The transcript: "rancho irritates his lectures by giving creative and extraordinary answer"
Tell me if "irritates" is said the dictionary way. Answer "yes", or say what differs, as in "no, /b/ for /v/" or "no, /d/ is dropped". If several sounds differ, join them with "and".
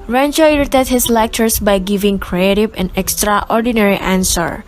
no, /s/ is dropped